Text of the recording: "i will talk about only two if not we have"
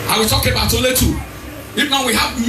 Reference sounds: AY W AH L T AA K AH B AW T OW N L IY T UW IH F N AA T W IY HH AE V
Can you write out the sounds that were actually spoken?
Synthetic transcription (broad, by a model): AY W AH T AA K AH B AW T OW L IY T UW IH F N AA W IY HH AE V